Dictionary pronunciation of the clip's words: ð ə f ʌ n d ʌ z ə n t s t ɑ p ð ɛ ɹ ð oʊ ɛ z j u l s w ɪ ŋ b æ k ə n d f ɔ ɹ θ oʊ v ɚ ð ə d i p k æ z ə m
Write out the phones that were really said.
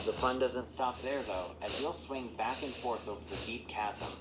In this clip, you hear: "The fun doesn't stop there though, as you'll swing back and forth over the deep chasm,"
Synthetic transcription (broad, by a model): ð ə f ʌ n d ʌ z ə n t s t ɑ p ð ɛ ɹ ð oʊ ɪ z j u l s w ɪ ŋ b æ k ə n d f ɔ ɹ θ oʊ v ɚ ð ə d i p k æ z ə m